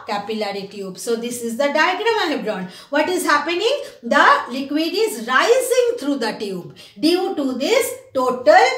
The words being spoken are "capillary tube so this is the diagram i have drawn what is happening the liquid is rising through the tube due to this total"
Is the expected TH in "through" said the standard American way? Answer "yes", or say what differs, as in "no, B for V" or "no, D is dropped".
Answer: no, T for TH